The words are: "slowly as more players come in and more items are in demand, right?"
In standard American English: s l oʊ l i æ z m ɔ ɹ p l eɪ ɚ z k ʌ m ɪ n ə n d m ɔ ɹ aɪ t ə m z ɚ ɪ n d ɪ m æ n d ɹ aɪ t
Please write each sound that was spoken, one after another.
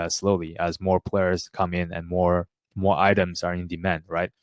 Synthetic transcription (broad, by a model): s l oʊ l i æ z m ɔ ɹ p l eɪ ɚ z k ʌ m ɪ n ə n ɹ m ɔ ɹ aɪ t ə m z ɚ ɪ n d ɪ m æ n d ɹ aɪ t